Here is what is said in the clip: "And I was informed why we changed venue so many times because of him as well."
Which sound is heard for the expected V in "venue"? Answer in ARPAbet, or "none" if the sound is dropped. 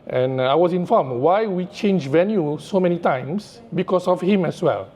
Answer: V